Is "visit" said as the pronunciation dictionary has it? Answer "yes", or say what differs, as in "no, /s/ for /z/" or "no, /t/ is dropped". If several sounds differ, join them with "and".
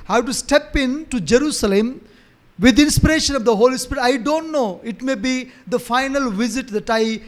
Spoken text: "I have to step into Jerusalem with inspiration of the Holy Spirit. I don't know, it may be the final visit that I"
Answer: yes